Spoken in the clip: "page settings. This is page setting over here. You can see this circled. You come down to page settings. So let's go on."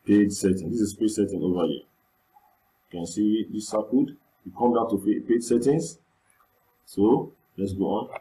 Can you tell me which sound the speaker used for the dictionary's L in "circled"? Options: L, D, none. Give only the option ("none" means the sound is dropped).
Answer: none